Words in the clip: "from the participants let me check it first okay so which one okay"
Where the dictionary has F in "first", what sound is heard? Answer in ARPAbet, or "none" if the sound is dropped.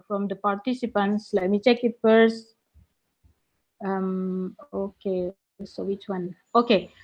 P